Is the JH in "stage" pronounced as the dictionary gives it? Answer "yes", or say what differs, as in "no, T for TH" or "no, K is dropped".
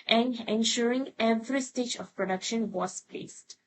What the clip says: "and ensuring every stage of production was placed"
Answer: yes